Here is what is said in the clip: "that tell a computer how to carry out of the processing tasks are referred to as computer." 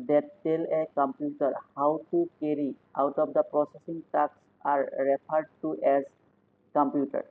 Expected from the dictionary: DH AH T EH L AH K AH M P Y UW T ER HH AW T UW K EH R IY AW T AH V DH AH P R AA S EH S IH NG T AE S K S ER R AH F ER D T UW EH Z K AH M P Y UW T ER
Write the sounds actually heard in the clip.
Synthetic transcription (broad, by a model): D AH T EH L AH K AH M P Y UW T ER HH AW T UW K EH R IY AW T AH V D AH P R AA S EH S IH NG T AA K S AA R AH P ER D T UW EH Z K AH M P Y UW T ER